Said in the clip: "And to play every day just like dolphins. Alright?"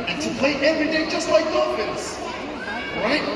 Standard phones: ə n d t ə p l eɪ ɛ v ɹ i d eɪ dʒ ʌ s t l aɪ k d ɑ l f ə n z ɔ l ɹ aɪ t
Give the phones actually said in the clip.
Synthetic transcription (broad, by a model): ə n t ə p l eɪ ɛ v ɹ i d eɪ dʒ ʌ s t l aɪ k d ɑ f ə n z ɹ aɪ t